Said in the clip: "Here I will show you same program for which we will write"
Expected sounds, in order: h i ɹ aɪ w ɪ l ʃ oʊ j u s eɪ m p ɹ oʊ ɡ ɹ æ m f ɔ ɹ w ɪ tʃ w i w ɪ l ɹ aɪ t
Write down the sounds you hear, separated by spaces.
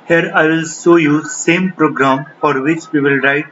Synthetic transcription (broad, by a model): h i ɹ aɪ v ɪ l s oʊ j u s eɪ m p ɹ oʊ ɡ ɹ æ m f ɔ ɹ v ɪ tʃ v i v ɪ l ɹ aɪ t